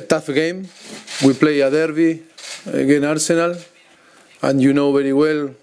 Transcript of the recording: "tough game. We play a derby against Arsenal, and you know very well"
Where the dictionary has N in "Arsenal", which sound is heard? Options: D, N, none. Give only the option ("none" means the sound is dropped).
N